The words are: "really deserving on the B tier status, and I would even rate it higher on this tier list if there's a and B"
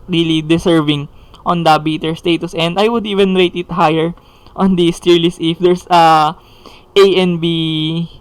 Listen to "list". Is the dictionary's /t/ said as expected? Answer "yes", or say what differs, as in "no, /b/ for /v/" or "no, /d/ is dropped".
no, /t/ is dropped